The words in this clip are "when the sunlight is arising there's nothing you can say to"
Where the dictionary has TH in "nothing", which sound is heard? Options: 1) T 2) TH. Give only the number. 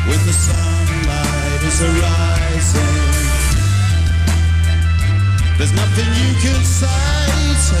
2